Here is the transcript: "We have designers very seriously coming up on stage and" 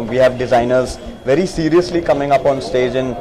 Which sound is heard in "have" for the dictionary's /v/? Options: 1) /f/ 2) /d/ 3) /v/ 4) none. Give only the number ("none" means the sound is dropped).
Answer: 3